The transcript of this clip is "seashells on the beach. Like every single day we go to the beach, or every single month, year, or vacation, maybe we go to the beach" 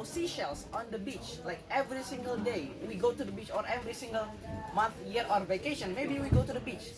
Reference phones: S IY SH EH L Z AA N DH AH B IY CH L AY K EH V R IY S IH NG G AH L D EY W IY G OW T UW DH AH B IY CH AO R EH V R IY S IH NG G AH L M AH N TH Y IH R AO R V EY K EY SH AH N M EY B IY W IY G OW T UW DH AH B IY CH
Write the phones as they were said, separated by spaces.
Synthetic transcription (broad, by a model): S IY SH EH L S AA N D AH B IY CH L AY K EH V R IY S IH NG G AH L D EY W IY G OW T UW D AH B IY CH AO R EH V R IY S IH NG G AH L M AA N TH Y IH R AO R V EY K EY SH AH N M EY B IY W IY G OW T UW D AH B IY CH